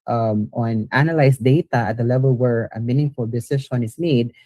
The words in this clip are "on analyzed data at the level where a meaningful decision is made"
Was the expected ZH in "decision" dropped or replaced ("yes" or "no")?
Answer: yes